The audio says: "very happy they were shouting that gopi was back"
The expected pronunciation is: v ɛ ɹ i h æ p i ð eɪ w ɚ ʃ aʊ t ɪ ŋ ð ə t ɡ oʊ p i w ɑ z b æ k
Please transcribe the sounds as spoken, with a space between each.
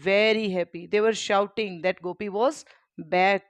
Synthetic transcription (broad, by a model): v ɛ ɹ i h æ p i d eɪ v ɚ ʃ aʊ t ɪ ŋ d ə t ɡ oʊ p i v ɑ z b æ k